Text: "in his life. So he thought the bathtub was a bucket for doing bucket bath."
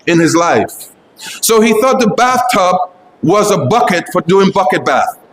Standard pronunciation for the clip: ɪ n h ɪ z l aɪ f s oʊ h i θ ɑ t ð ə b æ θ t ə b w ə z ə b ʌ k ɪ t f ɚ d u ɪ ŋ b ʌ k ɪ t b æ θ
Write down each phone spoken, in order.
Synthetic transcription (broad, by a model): ɪ n ɪ z l aɪ f s oʊ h i θ ɑ t ð ə b æ θ t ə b w ə z ə b ʌ k ɪ t f ɚ d u ɪ ŋ b ʌ k ɪ t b æ θ